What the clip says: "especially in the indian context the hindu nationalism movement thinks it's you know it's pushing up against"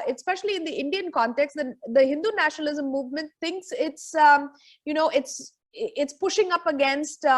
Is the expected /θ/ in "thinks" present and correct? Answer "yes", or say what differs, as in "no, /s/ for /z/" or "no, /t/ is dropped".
no, /t/ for /θ/